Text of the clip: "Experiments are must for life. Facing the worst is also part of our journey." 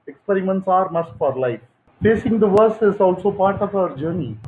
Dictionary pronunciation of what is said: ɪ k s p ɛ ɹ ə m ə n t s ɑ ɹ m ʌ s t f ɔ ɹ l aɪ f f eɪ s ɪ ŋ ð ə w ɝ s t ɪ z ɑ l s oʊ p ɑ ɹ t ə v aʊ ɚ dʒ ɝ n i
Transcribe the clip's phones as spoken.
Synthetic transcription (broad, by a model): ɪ k s p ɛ ɹ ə m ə n t s ɑ ɹ m ʌ s t f ɔ ɹ l aɪ f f eɪ s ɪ ŋ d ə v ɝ s ɪ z ɑ l s oʊ p ɑ ɹ t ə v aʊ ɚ dʒ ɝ n i